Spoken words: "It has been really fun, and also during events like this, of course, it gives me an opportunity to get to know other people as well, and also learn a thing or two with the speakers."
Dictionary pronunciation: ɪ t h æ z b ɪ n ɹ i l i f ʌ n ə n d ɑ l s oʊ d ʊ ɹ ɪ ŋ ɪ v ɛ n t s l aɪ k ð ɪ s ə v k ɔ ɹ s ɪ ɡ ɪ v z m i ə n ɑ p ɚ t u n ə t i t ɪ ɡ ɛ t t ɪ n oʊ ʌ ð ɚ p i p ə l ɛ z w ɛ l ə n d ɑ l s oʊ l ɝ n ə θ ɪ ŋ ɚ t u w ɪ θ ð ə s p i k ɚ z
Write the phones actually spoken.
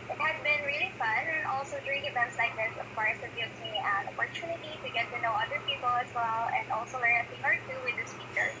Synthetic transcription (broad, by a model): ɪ t h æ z b ɪ n ɹ i l i f ʌ n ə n ɑ l s oʊ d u ɪ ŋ ɪ v ɛ n t s l aɪ k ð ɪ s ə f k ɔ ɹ ɪ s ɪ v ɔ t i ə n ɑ p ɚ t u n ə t i t ɪ ɡ ɛ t t ɪ n oʊ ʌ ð ɚ p i p ə l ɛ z w ɛ l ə n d ɑ l s oʊ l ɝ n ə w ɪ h ɚ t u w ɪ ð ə s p i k ɚ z